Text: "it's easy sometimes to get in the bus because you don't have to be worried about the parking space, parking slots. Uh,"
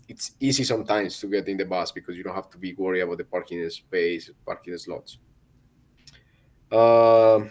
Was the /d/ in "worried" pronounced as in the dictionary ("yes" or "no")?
no